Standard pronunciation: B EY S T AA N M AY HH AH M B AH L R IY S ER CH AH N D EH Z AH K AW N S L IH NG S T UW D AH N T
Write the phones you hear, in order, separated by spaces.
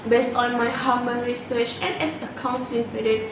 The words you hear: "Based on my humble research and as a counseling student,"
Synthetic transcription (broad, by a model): B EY S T AA N M AY HH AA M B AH N R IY S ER CH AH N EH S AH K AW N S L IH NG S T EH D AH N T